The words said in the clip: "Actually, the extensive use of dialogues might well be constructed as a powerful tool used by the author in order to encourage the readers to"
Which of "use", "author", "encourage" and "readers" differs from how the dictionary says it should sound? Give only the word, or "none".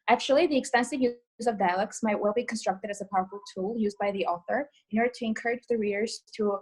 none